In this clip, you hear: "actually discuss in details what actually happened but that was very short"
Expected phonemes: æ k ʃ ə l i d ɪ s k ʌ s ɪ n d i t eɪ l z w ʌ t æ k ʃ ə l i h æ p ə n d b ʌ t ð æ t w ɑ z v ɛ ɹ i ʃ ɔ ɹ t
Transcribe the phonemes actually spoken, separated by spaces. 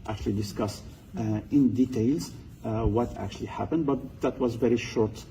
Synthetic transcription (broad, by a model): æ k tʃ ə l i d ɪ s k ʌ s ɪ n d i t eɪ l z w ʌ t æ k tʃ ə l i h æ p ə n d b ʌ t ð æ t w ɑ z v ɛ ɹ i ʃ ɔ ɹ t